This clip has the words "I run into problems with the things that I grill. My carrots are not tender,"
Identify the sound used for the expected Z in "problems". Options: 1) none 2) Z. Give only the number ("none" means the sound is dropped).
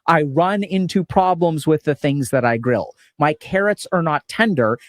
2